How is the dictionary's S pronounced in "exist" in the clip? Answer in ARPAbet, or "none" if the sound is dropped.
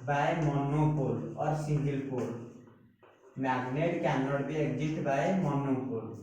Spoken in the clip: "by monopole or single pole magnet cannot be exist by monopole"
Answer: none